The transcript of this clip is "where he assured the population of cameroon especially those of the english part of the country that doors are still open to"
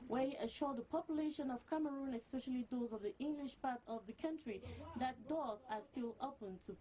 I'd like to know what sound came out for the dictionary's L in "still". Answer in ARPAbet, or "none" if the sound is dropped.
L